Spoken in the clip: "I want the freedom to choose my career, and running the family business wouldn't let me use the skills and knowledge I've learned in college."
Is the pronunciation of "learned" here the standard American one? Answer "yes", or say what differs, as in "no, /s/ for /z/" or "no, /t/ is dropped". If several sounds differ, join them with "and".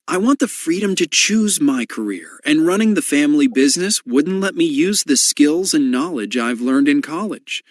yes